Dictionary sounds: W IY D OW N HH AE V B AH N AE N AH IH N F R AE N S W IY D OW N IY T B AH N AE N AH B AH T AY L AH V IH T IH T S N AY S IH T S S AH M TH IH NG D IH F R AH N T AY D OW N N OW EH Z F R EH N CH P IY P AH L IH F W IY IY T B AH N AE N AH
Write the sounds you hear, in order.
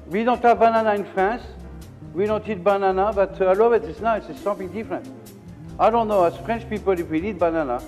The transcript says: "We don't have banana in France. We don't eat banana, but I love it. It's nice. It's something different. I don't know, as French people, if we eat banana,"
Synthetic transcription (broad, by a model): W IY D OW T HH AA V B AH N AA N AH IH N F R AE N S W IY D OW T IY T B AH N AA N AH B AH T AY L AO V IH T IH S N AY IH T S S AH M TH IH NG D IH F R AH N T AY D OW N N OW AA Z F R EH N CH P IY P AH L IH F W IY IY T B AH N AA N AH